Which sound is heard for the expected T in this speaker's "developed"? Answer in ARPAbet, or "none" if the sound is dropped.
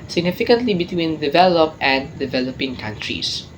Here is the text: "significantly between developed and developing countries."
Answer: none